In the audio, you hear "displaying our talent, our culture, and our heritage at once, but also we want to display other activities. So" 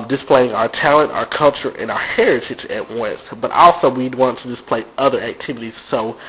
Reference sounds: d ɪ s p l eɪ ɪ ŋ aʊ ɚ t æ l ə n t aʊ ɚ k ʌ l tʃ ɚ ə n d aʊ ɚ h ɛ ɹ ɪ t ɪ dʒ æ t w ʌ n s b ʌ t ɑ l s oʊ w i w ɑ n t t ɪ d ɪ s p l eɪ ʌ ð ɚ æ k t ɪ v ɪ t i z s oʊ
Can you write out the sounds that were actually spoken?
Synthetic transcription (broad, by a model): d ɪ s p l eɪ ɪ ŋ aʊ ɚ t æ l ə n t aʊ ɚ k ʌ l tʃ ɚ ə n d aʊ ɚ h ɛ ɹ ɪ t ɪ dʒ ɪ t w ʌ n s b ʌ t ɑ l s oʊ w i w ɑ n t t ɪ d ɪ s p l eɪ ʌ ð ɚ æ k t ɪ v ɪ t i z s oʊ